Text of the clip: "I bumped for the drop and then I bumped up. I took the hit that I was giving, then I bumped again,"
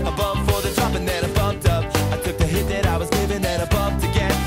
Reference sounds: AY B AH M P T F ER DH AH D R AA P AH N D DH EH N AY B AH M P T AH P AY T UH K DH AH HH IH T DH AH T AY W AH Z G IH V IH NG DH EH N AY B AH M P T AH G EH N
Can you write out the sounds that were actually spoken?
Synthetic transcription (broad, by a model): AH B AH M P F ER DH AH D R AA P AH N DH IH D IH B AH M P T AH P AY T UH K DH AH HH IH T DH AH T AY W AH Z G IH V IH NG DH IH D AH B AH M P T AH G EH